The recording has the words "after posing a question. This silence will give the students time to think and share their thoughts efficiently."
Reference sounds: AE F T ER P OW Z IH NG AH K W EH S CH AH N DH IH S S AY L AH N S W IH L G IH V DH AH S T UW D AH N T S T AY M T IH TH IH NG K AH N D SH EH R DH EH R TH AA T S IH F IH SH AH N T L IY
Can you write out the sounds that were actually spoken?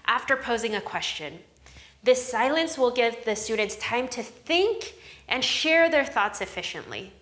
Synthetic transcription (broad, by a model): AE F T ER P OW Z IH NG AH K W EH S CH AH N DH IH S S AY L AH N S W IH L G IH V DH AH S T UW D N T S T AY M T IH TH IH NG K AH N SH EH R DH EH R TH AA T S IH F IH SH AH N T L IY